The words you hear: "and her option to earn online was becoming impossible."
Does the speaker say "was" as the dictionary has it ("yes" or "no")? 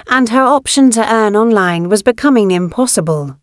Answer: yes